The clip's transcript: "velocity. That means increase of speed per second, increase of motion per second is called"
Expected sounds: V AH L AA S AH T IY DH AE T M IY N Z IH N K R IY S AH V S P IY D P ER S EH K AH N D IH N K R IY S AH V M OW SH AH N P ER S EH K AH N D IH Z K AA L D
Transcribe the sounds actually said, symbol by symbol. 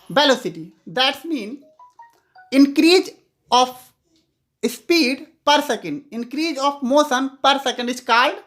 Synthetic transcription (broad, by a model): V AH L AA S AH T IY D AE T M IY N IH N K R IY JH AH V S P IY D P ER S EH K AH N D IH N K R IY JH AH F M OW S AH N P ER S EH K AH N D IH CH K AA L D